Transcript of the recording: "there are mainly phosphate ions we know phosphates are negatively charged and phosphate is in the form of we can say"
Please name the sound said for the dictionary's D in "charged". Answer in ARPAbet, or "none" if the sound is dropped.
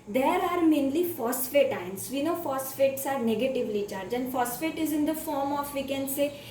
none